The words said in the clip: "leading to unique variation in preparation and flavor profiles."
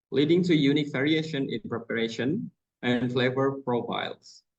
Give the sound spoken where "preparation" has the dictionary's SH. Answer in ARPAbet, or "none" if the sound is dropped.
SH